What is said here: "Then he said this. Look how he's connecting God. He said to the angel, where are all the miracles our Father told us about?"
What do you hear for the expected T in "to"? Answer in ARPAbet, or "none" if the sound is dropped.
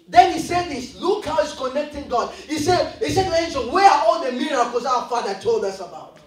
S